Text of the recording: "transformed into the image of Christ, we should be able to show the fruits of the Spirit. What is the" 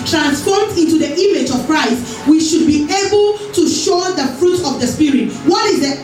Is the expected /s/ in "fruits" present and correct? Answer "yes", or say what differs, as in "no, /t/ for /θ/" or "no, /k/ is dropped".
no, /s/ is dropped